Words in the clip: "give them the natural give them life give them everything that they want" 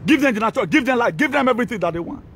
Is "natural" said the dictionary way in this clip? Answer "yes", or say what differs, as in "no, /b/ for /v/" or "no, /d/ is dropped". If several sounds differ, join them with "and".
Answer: no, /ɹ/ is dropped